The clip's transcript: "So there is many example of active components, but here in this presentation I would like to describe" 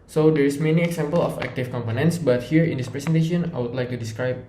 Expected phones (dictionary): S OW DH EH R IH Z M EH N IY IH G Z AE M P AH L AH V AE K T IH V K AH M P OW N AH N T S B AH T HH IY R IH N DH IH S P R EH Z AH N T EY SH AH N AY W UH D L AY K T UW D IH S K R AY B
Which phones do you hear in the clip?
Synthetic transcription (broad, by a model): S OW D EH R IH S M EH N IY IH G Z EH M P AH L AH F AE K T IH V K AH M P OW N AH N T S B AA T HH IY R IH N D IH S P R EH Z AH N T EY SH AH N AY W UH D L AY K T UW D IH S K R AY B